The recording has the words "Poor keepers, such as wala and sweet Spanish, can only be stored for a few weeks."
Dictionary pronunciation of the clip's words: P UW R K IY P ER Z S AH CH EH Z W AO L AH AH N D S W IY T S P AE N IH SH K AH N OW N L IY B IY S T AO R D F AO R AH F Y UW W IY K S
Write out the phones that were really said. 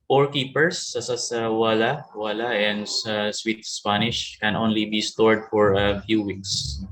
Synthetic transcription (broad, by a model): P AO R K IY P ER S S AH S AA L W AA L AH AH N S S W IY T S P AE N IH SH K AH N OW N L IY B IY S T AO R D F AO R AH F Y UW W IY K S